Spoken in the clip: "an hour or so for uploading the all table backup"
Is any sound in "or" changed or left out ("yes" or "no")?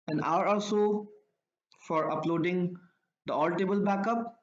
yes